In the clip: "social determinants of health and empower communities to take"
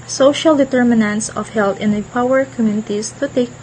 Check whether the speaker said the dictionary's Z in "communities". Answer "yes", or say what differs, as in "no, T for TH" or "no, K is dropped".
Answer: no, S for Z